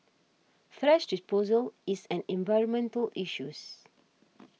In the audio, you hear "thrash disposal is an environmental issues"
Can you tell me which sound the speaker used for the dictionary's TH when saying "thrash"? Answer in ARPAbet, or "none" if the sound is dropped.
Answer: F